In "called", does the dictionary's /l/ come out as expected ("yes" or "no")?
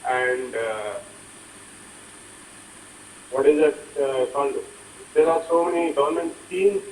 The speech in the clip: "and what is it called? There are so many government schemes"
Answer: no